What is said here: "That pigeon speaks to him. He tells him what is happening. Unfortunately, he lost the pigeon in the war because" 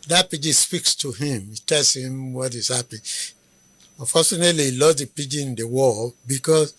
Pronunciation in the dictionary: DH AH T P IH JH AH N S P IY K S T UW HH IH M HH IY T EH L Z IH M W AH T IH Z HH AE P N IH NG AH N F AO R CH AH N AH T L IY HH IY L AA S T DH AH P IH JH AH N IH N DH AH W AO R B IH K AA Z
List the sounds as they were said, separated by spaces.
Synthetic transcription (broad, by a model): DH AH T P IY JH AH S P IY K S T UW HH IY M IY T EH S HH IH M W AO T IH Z HH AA P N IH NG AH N F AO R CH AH N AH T L IY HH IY L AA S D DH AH P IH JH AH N IH N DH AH W AO L B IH K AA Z